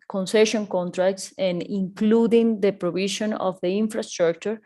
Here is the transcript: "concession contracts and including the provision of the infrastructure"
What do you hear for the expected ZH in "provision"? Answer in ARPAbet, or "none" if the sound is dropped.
SH